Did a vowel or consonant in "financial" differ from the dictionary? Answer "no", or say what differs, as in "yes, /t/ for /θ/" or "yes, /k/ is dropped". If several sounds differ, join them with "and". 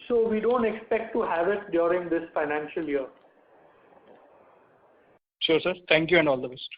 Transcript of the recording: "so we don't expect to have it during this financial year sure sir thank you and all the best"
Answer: no